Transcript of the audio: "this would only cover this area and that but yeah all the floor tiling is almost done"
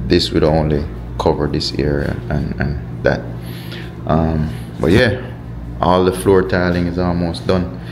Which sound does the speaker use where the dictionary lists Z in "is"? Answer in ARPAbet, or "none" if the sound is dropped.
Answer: Z